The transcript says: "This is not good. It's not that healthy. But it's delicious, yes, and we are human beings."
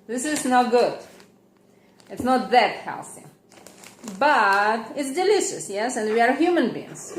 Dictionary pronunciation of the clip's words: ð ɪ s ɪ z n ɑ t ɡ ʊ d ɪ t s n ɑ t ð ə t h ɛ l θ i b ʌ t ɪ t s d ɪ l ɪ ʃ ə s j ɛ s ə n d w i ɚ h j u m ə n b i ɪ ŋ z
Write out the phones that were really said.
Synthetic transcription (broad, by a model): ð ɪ s ɪ z n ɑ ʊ ɡ ʊ d ɪ t s n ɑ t ð ə t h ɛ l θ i b ʌ t ɪ t s d ɪ l ɪ ʃ ə s j ɛ s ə n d w i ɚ h j u m ə n b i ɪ ŋ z